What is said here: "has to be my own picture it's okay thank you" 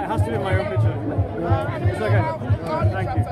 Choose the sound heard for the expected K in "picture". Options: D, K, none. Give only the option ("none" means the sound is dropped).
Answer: none